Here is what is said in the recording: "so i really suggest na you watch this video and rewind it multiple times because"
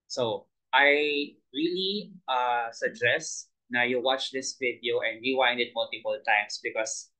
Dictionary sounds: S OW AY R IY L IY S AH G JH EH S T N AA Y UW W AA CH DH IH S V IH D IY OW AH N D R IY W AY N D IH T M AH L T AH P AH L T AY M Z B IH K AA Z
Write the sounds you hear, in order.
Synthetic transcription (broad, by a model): S OW AY R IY L IY S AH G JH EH S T N AA Y UW W AA CH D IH S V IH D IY OW AH N D W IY W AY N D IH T M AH L T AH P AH L T AY M S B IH K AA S